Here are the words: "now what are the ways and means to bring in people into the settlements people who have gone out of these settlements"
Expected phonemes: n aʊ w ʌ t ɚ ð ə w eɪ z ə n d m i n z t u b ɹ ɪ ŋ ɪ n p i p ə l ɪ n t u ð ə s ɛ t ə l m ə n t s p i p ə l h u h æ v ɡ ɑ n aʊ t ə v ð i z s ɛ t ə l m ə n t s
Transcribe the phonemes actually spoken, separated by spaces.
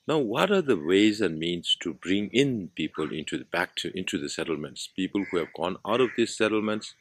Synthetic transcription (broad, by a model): n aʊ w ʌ t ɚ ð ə w eɪ z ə n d m i n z t u b ɹ ɪ ŋ ɪ n p i p ə l ɪ n t u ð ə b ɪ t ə l m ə n t s p i p ə l h u h æ v ɡ ɑ n aʊ t ə v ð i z s ɛ t l m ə n t s